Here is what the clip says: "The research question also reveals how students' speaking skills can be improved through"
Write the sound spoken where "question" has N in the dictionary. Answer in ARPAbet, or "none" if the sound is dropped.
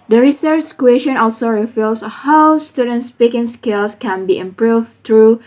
N